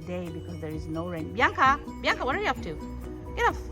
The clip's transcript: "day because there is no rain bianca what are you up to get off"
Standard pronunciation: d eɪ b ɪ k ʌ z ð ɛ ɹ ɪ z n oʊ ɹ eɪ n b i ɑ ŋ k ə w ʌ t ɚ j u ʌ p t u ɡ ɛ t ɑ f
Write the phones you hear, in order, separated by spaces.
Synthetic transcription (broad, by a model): d eɪ b ɪ k ʌ z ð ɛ ɹ ɪ z n oʊ ɹ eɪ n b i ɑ ŋ k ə w ʌ t ɚ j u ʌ f t u ɡ ɛ t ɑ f